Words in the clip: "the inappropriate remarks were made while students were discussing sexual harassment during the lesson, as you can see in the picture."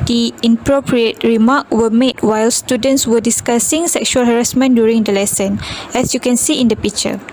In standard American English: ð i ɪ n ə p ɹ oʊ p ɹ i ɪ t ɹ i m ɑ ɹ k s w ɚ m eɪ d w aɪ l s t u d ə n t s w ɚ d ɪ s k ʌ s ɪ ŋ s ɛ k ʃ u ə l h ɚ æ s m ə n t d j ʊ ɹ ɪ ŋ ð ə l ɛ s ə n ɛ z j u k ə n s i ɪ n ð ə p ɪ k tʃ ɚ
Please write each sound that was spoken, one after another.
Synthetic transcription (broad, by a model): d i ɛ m p ɹ oʊ p ɹ i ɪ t ɹ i m ɑ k w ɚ m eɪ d w aɪ l s t u d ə n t s w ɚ d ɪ s k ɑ s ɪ ŋ s ɛ k ʃ u ə l h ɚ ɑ s m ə n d j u ɹ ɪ ŋ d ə l ɛ s ə n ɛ s j u k ə n s i ɪ n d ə p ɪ k tʃ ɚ